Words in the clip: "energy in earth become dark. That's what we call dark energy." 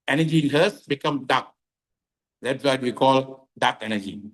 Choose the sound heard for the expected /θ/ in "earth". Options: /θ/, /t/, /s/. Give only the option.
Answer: /s/